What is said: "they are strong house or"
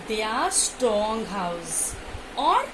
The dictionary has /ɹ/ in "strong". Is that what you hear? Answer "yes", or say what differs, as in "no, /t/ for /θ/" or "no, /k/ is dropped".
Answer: no, /ɹ/ is dropped